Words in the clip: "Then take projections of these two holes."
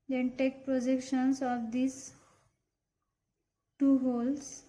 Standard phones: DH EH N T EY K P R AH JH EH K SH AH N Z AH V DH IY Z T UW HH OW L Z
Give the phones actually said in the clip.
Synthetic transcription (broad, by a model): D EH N T EY K P R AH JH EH K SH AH N S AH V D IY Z T UW HH OW L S